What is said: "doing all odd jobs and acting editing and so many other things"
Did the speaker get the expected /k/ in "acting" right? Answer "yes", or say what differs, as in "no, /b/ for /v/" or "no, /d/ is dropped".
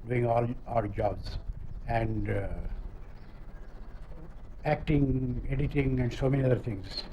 yes